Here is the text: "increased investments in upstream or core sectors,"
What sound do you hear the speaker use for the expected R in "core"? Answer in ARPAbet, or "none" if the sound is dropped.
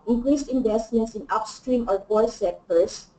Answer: L